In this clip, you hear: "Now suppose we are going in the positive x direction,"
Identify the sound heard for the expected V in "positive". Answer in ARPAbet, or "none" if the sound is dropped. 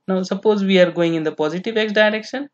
V